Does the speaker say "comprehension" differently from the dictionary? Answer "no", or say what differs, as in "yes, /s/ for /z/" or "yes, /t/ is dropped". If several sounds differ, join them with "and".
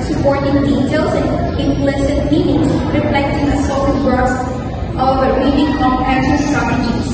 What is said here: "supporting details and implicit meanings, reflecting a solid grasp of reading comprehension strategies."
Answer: yes, /ɹ/ is dropped